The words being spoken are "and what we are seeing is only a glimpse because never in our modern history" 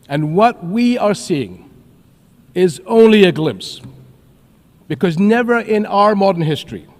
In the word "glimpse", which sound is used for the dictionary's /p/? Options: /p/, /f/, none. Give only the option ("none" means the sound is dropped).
/p/